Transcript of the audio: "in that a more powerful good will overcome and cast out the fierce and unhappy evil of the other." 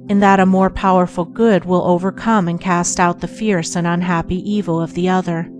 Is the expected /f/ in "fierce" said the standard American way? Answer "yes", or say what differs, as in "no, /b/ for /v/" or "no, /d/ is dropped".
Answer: yes